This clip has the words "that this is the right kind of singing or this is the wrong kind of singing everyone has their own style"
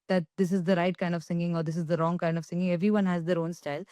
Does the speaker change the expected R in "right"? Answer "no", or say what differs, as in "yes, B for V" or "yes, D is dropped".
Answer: no